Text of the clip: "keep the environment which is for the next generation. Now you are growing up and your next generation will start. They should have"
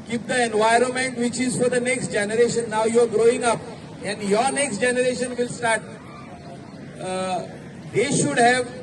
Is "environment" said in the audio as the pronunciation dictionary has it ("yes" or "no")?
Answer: yes